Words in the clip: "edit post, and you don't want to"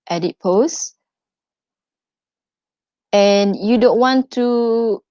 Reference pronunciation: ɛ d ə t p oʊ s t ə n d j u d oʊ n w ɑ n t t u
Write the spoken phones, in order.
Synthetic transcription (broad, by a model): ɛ d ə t p oʊ s ə n j u d oʊ n w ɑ n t t u